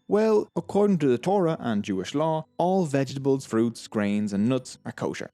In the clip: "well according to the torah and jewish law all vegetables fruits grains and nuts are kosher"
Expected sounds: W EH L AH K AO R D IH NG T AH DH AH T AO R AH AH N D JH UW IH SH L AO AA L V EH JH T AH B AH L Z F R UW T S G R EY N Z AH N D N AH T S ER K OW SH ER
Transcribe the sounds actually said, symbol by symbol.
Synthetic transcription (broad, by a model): W EH L AH K AO R D IH NG T AH DH AH T AO R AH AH N JH UW IH SH L AO AA L V EH JH T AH B AH L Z F R UW T S G R EY N Z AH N N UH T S ER K OW SH ER